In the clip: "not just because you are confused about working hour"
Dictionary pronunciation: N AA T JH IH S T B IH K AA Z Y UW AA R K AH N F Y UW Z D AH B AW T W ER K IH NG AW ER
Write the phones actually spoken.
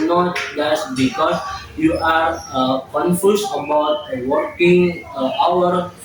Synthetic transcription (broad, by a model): N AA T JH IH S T B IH K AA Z Y UW AA R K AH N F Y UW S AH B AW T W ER K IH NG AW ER